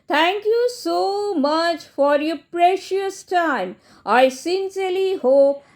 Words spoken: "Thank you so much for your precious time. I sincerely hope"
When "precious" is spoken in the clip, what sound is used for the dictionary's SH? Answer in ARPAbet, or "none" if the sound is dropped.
SH